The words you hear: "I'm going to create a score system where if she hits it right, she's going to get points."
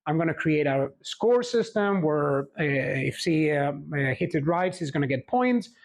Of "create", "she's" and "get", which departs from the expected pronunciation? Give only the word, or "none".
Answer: she's